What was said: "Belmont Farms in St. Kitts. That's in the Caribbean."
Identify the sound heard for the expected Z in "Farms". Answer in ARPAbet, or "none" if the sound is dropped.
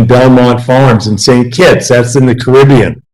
Z